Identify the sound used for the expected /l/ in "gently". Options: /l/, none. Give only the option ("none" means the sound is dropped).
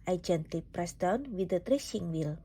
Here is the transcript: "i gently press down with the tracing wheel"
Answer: none